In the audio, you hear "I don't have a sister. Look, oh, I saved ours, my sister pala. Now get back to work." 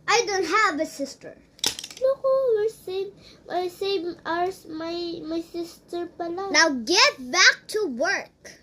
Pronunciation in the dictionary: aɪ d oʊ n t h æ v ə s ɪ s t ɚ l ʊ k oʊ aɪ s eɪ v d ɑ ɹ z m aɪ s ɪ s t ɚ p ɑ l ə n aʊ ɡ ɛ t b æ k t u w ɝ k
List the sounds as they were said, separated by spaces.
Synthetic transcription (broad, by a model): aɪ d oʊ n t h æ v ə s ɪ s t ɚ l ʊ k oʊ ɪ s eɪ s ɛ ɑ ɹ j m aɪ s ɪ s t ɚ p ɑ l ə n aʊ ɡ ɛ t b æ k t u w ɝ k